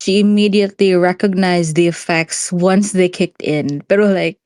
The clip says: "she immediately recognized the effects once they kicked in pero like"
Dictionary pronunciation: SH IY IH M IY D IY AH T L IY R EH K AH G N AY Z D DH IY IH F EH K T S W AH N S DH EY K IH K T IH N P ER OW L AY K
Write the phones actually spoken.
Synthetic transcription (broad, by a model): SH IY IH M IY D IY AH T L IY R EH K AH G N AY Z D DH IY IH F EH K T S W AH N S DH EY K IH K T IH N B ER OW L AY K